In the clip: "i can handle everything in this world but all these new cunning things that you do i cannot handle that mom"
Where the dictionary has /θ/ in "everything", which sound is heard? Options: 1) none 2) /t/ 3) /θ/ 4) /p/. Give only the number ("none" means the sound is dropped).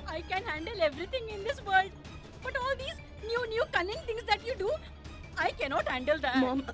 2